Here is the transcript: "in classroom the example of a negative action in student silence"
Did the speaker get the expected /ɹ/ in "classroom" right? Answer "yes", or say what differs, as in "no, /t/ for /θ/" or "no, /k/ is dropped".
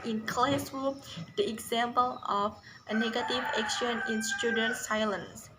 no, /ɹ/ is dropped